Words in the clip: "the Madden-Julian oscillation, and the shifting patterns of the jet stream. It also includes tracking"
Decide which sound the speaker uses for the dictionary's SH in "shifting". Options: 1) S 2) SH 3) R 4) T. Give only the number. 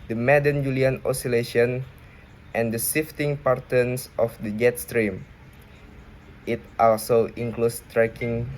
1